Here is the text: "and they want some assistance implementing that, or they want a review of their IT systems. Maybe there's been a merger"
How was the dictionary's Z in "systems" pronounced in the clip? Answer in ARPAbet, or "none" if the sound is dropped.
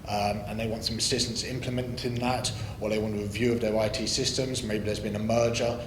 Z